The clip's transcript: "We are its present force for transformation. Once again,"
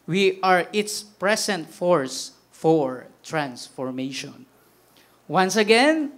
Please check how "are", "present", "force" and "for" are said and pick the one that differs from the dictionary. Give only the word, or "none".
present